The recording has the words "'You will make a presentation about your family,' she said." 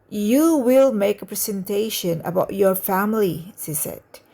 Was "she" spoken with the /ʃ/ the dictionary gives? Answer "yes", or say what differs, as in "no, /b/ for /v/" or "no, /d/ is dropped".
no, /s/ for /ʃ/